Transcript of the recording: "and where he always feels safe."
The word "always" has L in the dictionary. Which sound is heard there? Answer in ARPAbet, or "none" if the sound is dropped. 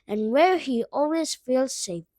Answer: L